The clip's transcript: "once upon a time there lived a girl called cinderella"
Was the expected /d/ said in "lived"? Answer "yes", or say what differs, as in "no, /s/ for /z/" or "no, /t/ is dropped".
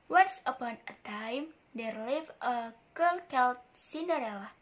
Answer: no, /d/ is dropped